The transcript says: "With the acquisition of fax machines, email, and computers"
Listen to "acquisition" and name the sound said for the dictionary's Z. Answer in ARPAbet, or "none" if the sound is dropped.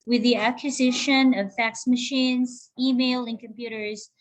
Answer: Z